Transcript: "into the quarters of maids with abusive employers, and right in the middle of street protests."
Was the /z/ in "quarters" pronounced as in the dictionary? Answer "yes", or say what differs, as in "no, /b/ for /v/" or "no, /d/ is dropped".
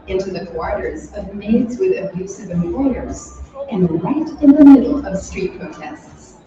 yes